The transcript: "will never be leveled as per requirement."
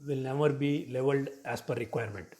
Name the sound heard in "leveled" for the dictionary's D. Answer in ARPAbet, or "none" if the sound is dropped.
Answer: D